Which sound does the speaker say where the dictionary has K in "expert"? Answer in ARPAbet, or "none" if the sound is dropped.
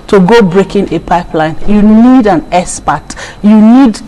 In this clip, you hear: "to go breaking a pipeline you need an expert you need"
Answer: none